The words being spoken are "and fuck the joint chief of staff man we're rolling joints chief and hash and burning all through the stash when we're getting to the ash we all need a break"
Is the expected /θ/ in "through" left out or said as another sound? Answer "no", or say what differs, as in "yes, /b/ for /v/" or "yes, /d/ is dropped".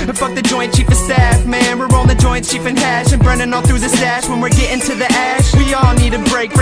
no